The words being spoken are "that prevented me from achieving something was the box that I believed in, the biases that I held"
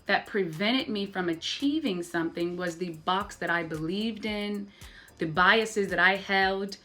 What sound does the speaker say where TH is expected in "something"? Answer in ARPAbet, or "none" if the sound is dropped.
TH